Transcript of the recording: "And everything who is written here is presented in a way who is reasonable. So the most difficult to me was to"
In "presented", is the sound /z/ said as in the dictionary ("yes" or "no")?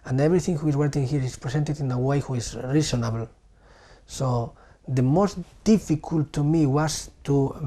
no